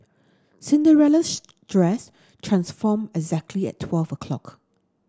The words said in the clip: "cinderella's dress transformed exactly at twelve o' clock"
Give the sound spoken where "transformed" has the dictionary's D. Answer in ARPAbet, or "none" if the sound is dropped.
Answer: none